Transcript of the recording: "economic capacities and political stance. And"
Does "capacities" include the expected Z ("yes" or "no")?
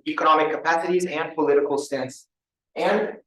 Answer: yes